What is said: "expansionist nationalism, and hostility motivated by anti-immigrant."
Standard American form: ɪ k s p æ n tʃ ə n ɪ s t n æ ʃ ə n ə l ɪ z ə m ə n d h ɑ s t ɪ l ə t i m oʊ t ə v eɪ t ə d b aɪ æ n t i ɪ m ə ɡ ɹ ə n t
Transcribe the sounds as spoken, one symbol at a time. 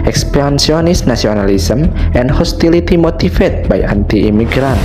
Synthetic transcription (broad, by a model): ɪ k s p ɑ n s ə n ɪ s n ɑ s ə n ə l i s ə m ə n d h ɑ s t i l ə t i m oʊ t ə f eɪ t b aɪ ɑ n t i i m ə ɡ ɹ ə n